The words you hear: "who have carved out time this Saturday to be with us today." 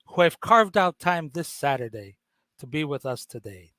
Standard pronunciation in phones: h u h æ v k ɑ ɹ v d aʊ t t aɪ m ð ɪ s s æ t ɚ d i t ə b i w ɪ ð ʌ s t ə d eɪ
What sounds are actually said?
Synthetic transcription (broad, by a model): h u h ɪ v k ɑ ɹ v d aʊ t t aɪ m ð ɪ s s æ t ɚ d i t ə b i w ɪ ð ʌ s t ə d eɪ